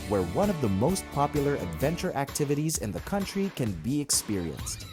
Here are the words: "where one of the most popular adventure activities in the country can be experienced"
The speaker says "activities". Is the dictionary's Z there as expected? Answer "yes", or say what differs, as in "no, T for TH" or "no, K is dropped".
yes